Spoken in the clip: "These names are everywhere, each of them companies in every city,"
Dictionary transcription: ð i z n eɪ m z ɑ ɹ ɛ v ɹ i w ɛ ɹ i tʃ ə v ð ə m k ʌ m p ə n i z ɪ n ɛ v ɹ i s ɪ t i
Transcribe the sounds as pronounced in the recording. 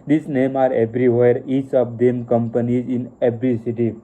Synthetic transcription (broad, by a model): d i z n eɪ m ɑ ɹ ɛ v ɹ i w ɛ ɹ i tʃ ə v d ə m k ʌ m p ə n i z ɪ n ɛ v ɹ i s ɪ t i